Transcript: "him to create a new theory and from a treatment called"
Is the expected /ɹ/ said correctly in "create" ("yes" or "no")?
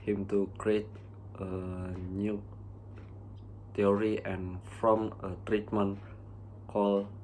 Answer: yes